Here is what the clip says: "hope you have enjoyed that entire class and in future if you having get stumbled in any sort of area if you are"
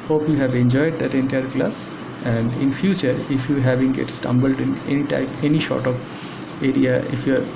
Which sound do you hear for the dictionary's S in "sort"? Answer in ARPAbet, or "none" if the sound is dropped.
SH